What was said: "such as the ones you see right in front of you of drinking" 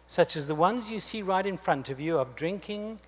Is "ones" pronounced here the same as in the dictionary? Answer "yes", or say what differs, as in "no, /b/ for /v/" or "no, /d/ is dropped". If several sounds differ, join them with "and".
yes